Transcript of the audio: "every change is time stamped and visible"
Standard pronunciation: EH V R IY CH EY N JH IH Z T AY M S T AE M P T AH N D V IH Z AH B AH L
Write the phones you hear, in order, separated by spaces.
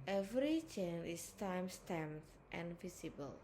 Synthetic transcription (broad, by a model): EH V R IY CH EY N IH S T AY M S T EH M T T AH N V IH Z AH B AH L